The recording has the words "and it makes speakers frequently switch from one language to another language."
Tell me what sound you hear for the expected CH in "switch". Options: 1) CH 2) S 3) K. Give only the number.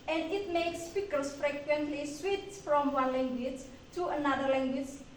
2